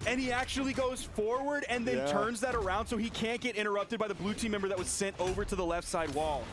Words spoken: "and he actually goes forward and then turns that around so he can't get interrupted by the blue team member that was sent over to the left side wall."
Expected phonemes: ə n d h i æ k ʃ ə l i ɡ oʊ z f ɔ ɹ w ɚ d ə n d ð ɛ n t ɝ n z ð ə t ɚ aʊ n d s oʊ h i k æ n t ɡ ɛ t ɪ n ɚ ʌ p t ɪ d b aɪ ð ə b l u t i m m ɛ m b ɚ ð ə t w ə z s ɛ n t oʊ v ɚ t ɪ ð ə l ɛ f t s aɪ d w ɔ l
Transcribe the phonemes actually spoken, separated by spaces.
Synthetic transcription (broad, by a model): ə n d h i æ k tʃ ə l i ɡ oʊ z f ɔ ɹ w ɚ d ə n ð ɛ n t ɝ n z ð ə t ɚ aʊ n d s oʊ i k æ n t ɡ ɛ t ɪ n ɚ ʌ p t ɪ d b aɪ ð ə b l u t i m m ɛ m b ɚ ð ə t w ə z s ɛ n t oʊ v ɚ t ɪ ð ə l ɛ f t s aɪ d w ɔ l